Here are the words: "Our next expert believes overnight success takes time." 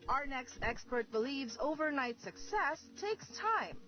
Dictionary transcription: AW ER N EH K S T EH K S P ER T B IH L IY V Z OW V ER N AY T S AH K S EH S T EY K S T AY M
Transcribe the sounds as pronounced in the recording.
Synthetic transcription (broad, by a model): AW ER N EH K S T EH K S P ER T B IH L IY V Z OW V ER N AY T S AH K S EH S T EY K S T AY M